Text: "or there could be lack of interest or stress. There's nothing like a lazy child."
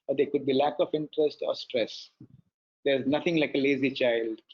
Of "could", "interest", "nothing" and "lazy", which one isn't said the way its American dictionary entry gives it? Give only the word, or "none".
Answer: nothing